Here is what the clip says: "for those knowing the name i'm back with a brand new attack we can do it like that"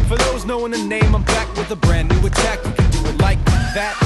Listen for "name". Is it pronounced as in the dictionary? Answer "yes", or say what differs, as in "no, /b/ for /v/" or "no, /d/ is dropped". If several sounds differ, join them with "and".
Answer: yes